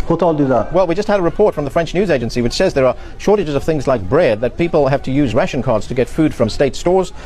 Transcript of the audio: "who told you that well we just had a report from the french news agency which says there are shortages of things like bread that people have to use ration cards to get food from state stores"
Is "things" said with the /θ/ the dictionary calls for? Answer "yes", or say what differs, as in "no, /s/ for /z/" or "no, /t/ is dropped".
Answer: yes